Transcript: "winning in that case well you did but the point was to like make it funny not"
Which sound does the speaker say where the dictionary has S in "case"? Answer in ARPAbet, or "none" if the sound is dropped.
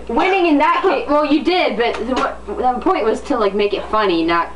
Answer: none